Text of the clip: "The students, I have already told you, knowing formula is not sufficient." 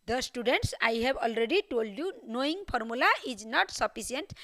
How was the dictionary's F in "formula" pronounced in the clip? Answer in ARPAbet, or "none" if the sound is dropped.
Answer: P